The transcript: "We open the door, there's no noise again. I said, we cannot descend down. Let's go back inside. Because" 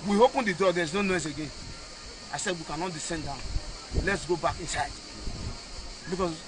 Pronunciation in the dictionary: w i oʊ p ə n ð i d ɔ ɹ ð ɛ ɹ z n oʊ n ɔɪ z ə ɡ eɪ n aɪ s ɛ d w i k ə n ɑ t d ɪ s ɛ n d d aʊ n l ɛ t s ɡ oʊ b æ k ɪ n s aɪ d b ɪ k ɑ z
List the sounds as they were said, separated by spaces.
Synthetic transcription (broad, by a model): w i oʊ p ə n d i d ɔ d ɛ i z n oʊ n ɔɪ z ə ɡ eɪ n aɪ s ɛ d w i k ə n ɑ t d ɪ s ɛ n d d aʊ n l ɛ t s ɡ oʊ b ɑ k ɪ n s aɪ d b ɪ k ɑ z